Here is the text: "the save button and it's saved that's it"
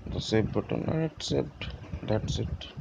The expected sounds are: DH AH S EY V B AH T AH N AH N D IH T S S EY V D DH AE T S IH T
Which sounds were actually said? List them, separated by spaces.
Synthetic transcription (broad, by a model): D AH S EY B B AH T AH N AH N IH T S S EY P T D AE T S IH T